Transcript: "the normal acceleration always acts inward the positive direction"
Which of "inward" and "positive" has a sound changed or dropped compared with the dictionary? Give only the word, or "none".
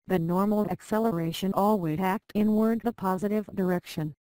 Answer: none